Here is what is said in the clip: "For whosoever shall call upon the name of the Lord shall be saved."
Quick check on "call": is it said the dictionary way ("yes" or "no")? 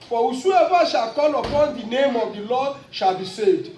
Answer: no